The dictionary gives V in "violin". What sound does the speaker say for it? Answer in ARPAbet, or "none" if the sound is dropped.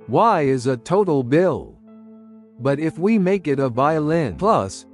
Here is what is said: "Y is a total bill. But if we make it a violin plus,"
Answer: V